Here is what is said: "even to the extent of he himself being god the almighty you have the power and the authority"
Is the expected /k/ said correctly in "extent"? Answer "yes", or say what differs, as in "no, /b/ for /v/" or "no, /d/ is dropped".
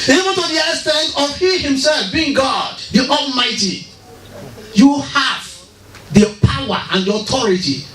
no, /k/ is dropped